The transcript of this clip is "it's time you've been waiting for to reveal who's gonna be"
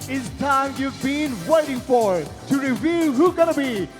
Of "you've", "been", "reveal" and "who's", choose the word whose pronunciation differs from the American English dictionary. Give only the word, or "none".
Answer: who's